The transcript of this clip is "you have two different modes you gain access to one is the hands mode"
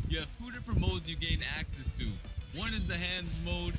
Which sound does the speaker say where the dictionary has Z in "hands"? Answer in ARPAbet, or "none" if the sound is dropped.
Z